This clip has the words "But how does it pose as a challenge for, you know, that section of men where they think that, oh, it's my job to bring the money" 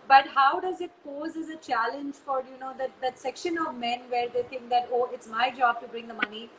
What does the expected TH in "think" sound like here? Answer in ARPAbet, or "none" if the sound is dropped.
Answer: T